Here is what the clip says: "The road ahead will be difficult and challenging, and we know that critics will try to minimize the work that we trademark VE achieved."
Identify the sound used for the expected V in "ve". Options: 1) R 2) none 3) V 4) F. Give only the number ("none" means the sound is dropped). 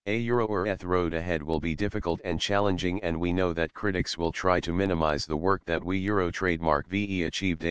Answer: 3